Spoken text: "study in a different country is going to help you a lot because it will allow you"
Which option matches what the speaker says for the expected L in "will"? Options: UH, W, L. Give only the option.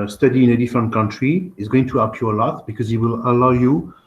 L